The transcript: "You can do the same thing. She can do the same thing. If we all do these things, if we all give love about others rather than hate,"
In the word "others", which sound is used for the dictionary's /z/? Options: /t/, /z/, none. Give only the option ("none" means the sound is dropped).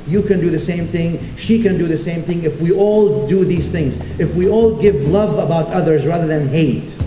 /z/